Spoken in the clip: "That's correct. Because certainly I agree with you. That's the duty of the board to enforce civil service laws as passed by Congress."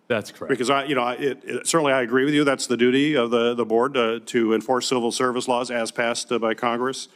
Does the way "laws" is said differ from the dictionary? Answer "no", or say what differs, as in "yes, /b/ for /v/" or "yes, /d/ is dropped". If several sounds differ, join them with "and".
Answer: no